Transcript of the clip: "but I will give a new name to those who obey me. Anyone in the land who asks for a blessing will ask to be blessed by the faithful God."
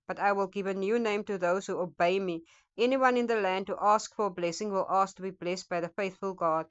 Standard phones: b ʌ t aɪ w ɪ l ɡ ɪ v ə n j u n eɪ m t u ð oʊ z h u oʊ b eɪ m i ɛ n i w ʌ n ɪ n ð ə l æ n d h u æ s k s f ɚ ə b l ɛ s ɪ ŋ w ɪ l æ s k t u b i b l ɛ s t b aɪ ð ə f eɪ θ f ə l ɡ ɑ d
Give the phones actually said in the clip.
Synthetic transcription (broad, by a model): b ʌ t aɪ w ɪ l ɡ ɪ v ə n j u n eɪ m t u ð oʊ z h u oʊ b eɪ m i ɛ n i w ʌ n ɪ n ð ə l æ n d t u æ s k f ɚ ə b l ɛ s ɪ ŋ w ɪ l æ s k t u b i b l ɛ s t b aɪ ð ə f eɪ θ f ə l ɡ ɑ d